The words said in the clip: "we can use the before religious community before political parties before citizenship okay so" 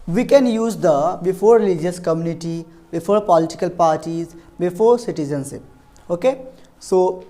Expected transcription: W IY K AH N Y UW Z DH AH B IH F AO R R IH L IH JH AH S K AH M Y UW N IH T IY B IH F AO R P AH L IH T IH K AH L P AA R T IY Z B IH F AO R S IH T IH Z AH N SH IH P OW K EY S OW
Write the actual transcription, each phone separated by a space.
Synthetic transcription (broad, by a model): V IY K AH N Y UW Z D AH B IH F AO R R IH L IH JH AH S K AH M Y UW N IH T IY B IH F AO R P AH L IH T IH K AH L P AA R T IY Z B IH F AO R S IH T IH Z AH N S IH OW K EY S OW